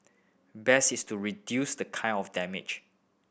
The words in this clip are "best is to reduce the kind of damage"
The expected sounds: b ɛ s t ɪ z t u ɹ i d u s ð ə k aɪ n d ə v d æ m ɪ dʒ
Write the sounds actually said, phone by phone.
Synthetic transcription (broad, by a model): b ɛ s ɪ s t u ɹ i d u s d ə k aɪ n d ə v d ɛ m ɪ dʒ